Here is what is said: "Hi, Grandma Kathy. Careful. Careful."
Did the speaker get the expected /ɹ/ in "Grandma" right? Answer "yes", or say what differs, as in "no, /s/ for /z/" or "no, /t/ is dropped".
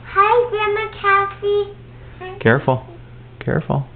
no, /ɹ/ is dropped